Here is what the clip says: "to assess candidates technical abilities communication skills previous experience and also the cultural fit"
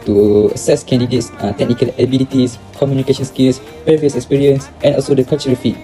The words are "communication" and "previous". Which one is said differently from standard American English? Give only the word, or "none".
previous